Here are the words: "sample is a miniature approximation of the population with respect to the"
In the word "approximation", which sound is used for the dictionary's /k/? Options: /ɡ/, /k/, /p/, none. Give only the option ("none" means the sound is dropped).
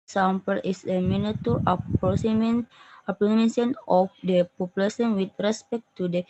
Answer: none